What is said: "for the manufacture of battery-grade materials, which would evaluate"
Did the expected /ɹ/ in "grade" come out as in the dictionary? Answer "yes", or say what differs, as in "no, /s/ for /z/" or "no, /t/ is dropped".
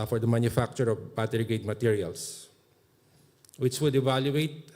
no, /ɹ/ is dropped